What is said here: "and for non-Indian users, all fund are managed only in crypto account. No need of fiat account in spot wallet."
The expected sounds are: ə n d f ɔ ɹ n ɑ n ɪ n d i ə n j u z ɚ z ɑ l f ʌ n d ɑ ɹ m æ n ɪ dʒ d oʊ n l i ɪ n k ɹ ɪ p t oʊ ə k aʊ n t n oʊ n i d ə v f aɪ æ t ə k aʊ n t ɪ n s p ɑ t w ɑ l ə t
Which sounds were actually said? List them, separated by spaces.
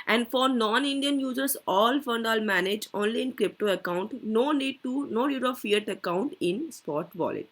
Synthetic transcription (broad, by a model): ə n d f ɔ ɹ n ɑ n ɪ n d i ə n j u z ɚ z ɑ l f ʌ n d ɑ l m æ n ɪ dʒ oʊ n l i ɪ n k ɹ ɪ p t oʊ ə k aʊ n t n oʊ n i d ə v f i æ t ə k aʊ n t ɪ n s p ɑ t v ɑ l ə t